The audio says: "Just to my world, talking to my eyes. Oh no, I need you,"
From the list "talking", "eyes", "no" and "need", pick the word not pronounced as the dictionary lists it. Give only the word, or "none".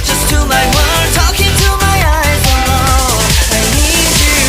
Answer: no